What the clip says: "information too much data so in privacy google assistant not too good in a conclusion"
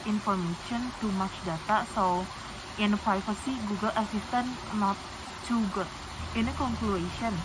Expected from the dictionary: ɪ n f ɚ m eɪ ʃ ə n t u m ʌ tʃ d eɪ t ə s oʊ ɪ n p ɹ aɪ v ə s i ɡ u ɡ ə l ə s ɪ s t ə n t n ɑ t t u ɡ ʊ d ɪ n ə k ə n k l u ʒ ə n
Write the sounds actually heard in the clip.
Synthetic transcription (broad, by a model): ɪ n f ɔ m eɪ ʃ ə n t u m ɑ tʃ d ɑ t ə s oʊ ɪ n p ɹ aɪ f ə s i ɡ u ɡ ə l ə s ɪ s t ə n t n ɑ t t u ɡ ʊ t ɪ n ə k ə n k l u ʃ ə n